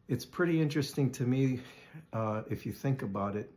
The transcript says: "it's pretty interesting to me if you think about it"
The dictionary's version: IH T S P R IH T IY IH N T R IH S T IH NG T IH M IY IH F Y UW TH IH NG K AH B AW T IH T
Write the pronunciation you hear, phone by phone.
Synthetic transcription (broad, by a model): IH T S P R IH T IY IH N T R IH S T IH NG T IH M IY IH F Y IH TH IH NG K AH B AW T IH T